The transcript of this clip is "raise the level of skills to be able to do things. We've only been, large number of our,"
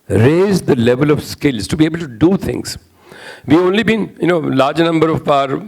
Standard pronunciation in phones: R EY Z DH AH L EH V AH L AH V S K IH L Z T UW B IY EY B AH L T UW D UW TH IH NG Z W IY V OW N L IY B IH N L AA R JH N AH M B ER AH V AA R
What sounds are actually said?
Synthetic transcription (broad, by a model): R EY Z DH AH L EH V AH L AH V S K IH L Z T UW B IY EY B AH L T UW D UW T IH NG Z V IY OW N L IY B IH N L AA R JH N AH M B ER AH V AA R